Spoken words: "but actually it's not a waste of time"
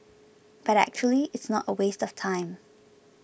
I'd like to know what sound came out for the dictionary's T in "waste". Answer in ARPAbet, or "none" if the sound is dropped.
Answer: T